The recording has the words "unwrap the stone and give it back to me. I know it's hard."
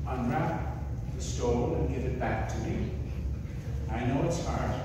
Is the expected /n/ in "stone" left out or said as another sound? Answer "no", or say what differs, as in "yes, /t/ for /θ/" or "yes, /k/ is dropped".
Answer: yes, /l/ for /n/